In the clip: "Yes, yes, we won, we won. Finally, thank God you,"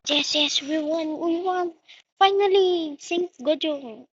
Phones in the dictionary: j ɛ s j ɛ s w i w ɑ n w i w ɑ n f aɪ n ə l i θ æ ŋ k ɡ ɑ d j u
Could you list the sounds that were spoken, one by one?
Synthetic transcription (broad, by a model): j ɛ s j ɛ s w i w ɑ n w i w ɑ n f aɪ n ə l i s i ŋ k ɡ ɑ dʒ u